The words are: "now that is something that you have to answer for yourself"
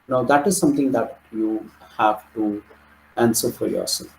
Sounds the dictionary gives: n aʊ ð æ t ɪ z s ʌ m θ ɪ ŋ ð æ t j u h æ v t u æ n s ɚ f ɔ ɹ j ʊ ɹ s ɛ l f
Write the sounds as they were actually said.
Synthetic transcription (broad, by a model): n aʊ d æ t ɪ z s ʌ m t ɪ ŋ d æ t j u h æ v t u æ n s ɚ f ɔ ɹ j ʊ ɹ s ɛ l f